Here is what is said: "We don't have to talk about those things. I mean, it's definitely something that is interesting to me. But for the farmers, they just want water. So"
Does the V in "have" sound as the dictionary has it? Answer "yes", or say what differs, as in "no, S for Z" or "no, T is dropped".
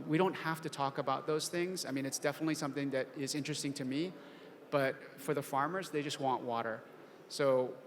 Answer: no, F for V